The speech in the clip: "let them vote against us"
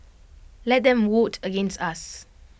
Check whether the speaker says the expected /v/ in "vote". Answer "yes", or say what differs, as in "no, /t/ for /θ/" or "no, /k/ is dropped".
no, /w/ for /v/